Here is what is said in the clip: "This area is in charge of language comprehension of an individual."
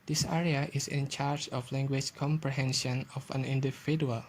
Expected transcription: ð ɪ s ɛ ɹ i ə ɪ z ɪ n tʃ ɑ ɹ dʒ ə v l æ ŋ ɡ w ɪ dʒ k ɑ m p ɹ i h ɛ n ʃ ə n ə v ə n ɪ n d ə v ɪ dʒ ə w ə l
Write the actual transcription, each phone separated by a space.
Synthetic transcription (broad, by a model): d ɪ s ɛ ɹ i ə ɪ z ɪ n tʃ ɑ ɹ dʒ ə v l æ ŋ ɡ w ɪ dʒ k ɑ m p ɹ i h ɛ n ʃ ə n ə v ə n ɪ n d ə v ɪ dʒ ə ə l